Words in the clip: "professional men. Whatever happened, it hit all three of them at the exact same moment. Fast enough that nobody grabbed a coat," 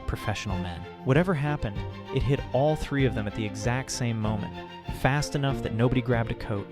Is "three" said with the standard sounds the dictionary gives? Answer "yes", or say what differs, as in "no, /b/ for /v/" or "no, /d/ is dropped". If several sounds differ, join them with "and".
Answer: yes